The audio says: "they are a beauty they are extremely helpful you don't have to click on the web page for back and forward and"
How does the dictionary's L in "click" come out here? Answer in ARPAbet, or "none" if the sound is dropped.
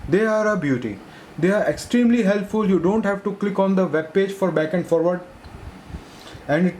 L